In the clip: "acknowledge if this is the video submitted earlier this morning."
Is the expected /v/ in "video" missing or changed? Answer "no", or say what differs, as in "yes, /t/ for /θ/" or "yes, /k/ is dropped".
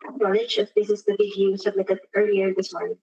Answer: yes, /b/ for /v/